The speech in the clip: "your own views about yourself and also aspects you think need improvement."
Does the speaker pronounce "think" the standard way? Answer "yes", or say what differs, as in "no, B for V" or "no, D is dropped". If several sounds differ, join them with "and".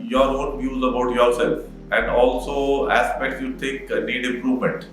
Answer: no, T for TH and NG is dropped